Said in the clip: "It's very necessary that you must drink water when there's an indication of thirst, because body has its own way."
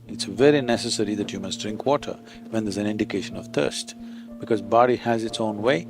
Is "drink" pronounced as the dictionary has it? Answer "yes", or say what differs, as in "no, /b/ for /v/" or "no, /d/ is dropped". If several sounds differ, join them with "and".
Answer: yes